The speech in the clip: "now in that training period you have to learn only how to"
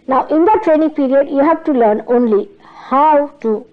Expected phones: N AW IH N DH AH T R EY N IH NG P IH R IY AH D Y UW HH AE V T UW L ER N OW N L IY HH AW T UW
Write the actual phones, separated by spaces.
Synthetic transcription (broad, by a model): N AW IH N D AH T R EY N IH NG P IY R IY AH D Y UW HH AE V T UW L ER N OW N L IY HH AW T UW